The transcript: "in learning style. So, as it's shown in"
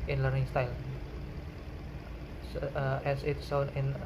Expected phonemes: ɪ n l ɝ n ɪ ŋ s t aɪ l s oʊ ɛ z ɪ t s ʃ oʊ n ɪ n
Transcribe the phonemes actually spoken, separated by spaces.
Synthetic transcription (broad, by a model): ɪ n l ɝ n ɪ ŋ s t aɪ l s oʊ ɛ s ɪ t s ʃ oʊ n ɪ n